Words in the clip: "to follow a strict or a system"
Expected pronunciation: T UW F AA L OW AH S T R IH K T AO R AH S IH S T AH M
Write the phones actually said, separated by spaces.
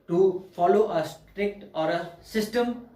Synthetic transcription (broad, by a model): T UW F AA L OW AH S T R IH K T AO R AH S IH S T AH M